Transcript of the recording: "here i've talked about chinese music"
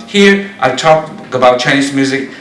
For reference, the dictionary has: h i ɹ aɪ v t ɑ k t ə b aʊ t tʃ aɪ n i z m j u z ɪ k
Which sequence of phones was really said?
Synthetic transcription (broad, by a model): h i ɹ aɪ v t ɑ k ə b aʊ t tʃ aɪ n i s m j u z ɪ k